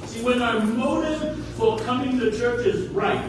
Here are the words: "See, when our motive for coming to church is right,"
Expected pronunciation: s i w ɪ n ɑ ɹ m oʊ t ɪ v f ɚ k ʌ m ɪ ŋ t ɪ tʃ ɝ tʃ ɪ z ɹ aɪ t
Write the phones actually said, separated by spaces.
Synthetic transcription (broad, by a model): s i w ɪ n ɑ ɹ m oʊ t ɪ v f ɚ k ʌ m ɪ ŋ t ɪ tʃ ɝ tʃ ɪ z ɹ aɪ t